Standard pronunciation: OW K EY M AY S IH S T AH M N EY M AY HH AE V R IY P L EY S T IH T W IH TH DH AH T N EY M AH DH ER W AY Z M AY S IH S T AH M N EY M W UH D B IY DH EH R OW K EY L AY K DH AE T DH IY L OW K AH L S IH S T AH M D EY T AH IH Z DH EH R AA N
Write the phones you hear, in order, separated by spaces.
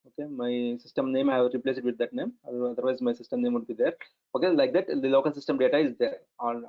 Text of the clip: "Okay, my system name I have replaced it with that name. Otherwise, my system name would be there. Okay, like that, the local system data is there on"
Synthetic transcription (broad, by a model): OW K EY M AY S IH S T AH M N EY M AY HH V R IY P L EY S IH T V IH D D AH T N EY M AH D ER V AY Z M AY S IH S T AH M N EY M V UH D B IY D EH R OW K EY L AY K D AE T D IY L OW K AH L S IH S T AH M D EY T AH IH Z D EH R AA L